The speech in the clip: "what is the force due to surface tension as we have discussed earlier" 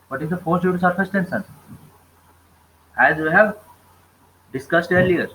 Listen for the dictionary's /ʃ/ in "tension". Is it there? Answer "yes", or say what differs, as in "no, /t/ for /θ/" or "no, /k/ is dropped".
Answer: no, /s/ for /ʃ/